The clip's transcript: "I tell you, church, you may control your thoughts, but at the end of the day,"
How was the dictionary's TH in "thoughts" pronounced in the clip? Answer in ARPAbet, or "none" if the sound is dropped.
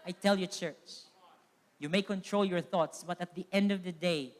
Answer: TH